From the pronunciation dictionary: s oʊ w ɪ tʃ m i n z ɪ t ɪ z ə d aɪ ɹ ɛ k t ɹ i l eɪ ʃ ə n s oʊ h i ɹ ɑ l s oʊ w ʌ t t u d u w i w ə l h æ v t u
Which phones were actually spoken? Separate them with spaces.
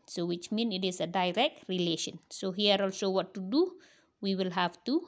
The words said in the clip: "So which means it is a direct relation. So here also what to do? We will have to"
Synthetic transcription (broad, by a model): s oʊ w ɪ tʃ m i n ɪ t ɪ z ə d aɪ ɹ ɛ k t ɹ i l eɪ ʃ ə n s oʊ h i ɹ ɑ l s oʊ w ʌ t t u d u w i w ə l h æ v t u